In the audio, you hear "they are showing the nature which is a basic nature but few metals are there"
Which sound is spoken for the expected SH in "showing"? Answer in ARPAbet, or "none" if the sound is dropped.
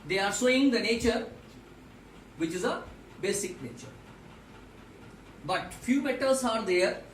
S